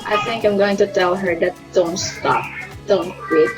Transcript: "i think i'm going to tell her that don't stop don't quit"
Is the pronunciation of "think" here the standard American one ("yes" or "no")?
yes